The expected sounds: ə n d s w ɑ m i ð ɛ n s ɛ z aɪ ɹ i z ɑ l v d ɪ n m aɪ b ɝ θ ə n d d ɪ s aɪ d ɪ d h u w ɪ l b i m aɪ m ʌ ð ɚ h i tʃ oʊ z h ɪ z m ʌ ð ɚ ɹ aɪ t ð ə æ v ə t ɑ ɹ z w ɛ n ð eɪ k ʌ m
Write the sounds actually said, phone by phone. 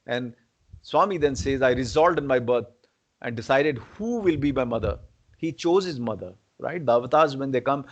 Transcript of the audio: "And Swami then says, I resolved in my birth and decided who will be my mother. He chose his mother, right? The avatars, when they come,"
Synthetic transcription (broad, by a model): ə n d s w ɑ m i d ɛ n s ɛ z aɪ ɹ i z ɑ l d ɪ n m aɪ b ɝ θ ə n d d ɪ s aɪ d ɪ d h u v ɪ l b i m aɪ m ʌ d ɚ h i tʃ oʊ z h ɪ z m ʌ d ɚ ɹ aɪ t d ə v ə t ɑ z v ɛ n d eɪ k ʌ m